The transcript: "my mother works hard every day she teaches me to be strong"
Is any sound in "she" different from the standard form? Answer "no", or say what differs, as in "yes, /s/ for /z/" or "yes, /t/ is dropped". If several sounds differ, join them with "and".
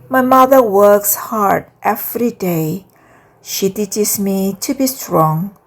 no